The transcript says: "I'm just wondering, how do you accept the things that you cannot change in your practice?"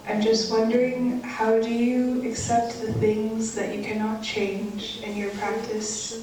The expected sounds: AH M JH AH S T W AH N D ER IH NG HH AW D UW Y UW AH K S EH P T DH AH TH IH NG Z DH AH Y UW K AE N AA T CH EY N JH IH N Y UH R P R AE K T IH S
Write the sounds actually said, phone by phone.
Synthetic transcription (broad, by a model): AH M JH AH S T W AH N D ER IH NG HH AW D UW Y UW AH K S EH P T DH AH TH IH NG Z DH AH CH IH K AE N AA T CH EY N JH IH N Y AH R P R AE K T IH S